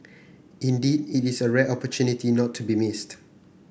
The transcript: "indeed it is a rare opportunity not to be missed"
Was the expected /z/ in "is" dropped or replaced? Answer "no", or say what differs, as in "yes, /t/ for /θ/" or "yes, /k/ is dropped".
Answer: yes, /s/ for /z/